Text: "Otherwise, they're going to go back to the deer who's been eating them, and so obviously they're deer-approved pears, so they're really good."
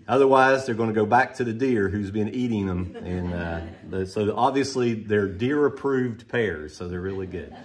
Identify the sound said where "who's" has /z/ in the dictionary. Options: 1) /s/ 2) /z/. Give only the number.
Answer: 2